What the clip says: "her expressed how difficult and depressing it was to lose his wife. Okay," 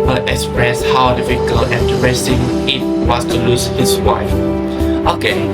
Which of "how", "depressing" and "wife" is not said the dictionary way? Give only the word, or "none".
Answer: depressing